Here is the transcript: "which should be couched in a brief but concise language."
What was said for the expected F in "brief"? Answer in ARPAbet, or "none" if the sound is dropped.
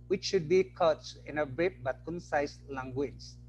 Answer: P